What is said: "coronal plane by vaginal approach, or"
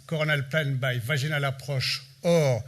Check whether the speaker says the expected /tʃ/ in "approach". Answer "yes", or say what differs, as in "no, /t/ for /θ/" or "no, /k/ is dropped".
no, /ʃ/ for /tʃ/